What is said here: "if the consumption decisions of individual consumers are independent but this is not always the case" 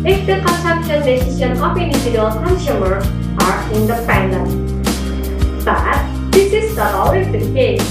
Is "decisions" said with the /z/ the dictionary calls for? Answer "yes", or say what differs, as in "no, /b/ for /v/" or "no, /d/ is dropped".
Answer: no, /z/ is dropped